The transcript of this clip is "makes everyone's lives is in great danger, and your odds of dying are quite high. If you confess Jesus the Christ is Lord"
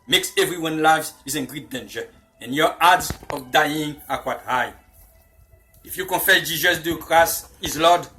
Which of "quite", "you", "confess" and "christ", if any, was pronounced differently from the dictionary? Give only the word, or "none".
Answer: christ